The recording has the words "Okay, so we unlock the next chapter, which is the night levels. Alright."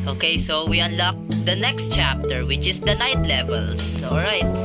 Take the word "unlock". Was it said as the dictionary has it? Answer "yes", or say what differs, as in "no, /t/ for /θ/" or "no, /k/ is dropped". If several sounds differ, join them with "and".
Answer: yes